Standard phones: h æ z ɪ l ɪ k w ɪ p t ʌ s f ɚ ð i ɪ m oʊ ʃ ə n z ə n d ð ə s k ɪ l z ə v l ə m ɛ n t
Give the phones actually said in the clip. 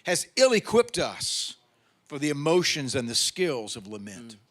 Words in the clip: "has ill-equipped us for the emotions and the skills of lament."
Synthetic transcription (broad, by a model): h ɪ z ɪ l ɪ k w ɪ p t ʌ s f ɚ ð i ɪ m oʊ ʃ ə n z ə n ð ə s k ɪ l z ə v l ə m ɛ n t